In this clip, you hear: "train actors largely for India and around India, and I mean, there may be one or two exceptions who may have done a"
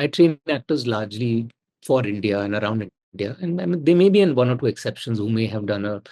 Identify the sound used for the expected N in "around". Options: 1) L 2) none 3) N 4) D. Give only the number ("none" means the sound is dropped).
3